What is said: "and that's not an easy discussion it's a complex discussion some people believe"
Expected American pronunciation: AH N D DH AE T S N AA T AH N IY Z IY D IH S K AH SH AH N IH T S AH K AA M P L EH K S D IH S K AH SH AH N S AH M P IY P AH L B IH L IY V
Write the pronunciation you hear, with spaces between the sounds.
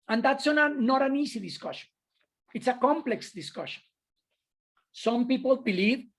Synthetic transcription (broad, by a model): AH N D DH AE T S N AA T AH N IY S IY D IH S K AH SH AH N IH T S AH K AA M P L EH K S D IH S K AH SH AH N S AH M P IY P AH L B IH L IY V